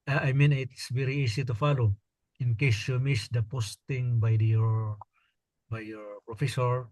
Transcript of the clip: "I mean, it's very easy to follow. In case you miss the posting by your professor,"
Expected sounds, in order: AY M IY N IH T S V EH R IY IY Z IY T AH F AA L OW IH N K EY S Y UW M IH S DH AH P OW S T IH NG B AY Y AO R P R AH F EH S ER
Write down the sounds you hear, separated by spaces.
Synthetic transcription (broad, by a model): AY M IY N IH T S V EH R IY IY S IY T AH F AA L OW IH N K EY S Y UW M IH S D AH P OW S T IH NG B AY Y AO R P R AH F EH S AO